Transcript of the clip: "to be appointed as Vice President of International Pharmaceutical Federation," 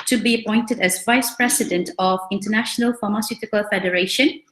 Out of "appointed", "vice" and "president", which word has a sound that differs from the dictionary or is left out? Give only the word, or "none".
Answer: president